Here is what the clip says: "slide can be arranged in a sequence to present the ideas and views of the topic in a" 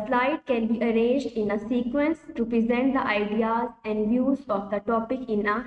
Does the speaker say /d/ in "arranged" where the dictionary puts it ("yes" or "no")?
yes